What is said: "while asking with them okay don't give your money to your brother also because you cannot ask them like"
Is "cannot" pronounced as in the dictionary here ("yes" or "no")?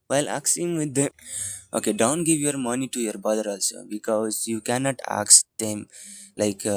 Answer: yes